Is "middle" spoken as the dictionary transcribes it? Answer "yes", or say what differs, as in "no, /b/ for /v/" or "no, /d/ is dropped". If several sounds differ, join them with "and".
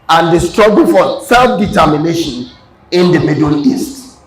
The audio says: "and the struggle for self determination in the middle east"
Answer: no, /n/ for /l/